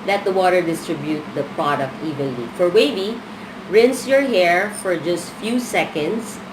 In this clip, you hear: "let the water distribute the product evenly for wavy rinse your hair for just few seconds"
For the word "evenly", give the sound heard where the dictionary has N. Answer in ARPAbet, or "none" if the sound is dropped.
none